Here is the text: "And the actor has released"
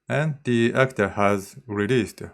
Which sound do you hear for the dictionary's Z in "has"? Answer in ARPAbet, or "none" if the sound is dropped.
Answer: Z